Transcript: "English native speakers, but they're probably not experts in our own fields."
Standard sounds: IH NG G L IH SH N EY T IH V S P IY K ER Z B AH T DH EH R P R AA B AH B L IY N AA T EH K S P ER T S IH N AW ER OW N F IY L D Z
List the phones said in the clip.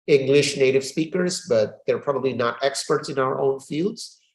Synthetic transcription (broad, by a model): IH NG G L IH SH N EY T IH V S P IY K ER Z B AH T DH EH R P R AA B AH B L IY N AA T EH K S P ER T S IH N AW ER OW N F IY L D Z